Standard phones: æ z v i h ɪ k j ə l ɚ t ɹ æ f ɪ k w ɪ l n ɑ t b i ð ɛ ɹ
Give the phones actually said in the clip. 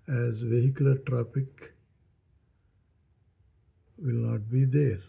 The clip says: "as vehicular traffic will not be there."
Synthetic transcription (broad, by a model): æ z v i h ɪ k j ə l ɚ t ɹ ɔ p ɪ k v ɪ l n ɑ t b i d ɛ ɹ